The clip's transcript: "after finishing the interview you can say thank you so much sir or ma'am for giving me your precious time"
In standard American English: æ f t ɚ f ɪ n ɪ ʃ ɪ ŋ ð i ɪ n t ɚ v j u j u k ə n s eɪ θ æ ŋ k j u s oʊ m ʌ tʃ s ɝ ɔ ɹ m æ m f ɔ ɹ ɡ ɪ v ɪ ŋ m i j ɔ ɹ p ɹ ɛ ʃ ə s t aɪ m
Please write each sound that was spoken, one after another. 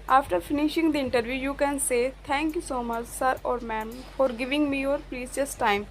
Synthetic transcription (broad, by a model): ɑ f t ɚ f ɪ n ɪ ʃ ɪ ŋ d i ɪ n t ɚ v j u j u k ə n s eɪ t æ ŋ k j u s oʊ m ʌ tʃ s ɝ ɔ ɹ m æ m f ɔ ɹ ɡ ɪ v ɪ ŋ m i j ɔ ɹ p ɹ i s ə s t aɪ m